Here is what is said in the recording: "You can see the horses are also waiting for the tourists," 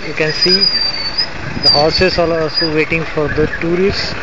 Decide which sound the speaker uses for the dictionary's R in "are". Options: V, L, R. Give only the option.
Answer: L